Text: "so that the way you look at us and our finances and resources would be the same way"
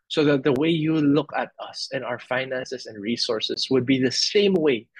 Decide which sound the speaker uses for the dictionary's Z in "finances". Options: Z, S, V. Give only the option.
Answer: S